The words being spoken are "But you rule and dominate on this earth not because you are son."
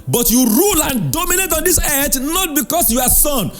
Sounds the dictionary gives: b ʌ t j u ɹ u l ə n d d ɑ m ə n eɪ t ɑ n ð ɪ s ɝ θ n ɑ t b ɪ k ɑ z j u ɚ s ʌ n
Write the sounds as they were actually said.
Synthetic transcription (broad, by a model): b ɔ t j u ɹ u l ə n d d ɑ m ə n eɪ t ɑ n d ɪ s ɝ t n ɑ t b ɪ k ɑ s j u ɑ s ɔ n